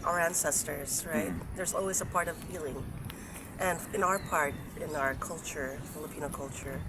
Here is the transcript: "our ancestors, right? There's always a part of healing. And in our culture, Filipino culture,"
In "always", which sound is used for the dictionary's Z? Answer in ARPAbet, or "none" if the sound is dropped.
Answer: Z